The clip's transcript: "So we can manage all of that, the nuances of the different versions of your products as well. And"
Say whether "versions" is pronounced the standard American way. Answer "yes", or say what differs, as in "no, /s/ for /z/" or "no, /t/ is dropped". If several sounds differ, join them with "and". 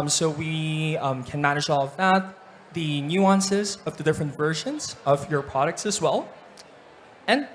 yes